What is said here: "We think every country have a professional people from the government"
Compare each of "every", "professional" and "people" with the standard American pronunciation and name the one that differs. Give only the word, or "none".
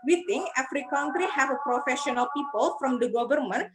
every